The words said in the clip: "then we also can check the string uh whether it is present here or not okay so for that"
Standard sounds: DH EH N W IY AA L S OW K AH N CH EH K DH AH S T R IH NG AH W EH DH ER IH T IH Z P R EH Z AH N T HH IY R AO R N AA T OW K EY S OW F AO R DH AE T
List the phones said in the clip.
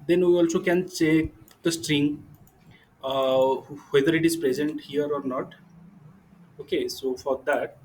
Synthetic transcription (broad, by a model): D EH N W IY AA L S OW K AH N S EH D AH S T R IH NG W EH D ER IH T IH Z P R EH Z AH N T HH IY R AO R N AA T OW K EY S OW F AO R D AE T